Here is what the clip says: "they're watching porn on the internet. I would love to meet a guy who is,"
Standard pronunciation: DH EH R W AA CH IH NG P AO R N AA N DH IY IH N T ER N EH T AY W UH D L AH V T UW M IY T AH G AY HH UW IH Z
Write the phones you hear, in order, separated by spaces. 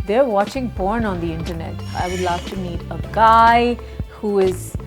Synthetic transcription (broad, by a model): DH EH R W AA CH IH NG B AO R N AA N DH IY IH N T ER N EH T AY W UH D L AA F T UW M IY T AH G AY HH UW IH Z